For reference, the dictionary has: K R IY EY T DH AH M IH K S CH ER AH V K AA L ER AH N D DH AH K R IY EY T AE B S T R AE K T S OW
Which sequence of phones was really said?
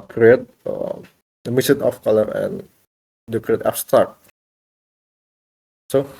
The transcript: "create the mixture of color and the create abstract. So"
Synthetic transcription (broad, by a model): K R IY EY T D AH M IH S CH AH F K AA L ER AH N D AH K R IY EY T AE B S T R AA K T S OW